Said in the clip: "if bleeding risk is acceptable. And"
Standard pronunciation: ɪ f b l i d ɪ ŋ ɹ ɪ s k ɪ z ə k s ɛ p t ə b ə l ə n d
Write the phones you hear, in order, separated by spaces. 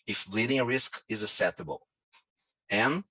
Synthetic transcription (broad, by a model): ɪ f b l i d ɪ ŋ ɹ ɪ s k ɪ z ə s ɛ t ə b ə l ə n